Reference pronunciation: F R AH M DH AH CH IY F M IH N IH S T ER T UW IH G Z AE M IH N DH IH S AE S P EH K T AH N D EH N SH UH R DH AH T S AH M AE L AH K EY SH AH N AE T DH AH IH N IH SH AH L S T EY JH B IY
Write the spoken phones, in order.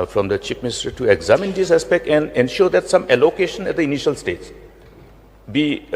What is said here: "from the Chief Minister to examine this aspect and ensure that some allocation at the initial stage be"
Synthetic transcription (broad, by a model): F R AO M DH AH CH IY P M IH N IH S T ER T UW IH G Z AE M IH N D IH S AE S P EH K T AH N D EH N SH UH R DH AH T S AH M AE L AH K EY SH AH N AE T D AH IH N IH SH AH L S T EY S B IY